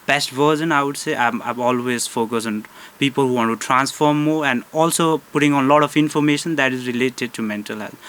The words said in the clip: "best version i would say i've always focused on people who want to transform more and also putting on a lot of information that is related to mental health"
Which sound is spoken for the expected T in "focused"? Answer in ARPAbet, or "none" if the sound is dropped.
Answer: none